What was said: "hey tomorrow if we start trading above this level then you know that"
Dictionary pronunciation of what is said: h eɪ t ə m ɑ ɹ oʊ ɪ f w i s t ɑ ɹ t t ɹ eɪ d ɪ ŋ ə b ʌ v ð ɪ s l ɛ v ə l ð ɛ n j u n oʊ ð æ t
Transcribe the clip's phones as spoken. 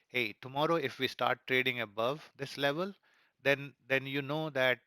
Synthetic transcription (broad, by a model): h eɪ t ə m ɑ ɹ oʊ ɪ f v i s t ɑ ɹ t t ɹ eɪ d ɪ ŋ ə b ʌ v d ɪ s l ɛ v ə l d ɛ n j u n oʊ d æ t